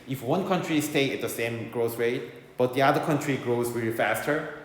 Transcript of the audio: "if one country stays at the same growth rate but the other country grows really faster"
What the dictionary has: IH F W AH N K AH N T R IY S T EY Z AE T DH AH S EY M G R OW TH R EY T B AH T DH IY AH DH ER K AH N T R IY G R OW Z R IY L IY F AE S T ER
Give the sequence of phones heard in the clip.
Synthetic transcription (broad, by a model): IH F W AH N K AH N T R IY S T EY IH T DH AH S EY M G R OW S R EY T B AH T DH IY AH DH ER K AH N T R IY G R OW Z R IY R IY F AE S T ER